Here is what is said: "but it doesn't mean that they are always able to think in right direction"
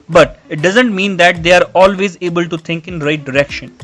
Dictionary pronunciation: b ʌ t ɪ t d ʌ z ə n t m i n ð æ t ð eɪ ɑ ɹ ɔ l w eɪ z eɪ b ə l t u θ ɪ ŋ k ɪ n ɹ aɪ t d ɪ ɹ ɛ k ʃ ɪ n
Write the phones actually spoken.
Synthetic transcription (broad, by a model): b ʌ t ɪ t d ʌ z ə n t m i n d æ t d eɪ ɑ ɹ ɔ l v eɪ z eɪ b ə l t u t ɪ ŋ k ɪ n ɹ aɪ t d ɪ ɹ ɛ k ʃ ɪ n